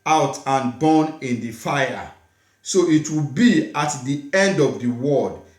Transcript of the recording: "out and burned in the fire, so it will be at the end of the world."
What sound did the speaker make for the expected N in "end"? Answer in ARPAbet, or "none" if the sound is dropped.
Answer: N